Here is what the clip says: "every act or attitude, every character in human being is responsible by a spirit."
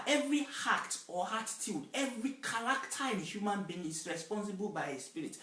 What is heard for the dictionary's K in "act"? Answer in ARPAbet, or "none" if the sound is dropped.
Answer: none